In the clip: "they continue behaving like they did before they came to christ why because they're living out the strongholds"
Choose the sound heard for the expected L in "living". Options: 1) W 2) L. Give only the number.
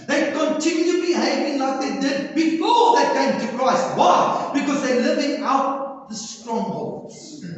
2